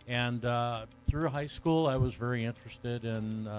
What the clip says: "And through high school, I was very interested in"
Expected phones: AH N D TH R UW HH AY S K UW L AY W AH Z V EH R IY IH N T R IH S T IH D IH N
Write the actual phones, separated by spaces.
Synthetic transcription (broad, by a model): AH N TH R UW HH AY S K UW L AY W AH Z V EH R IY IH N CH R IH S T IH D IH N